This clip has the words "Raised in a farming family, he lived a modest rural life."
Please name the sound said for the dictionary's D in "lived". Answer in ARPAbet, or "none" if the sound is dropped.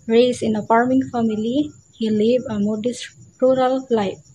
none